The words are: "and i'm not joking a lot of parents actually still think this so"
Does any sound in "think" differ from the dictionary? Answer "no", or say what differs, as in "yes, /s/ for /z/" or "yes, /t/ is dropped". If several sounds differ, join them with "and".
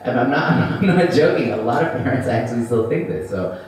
no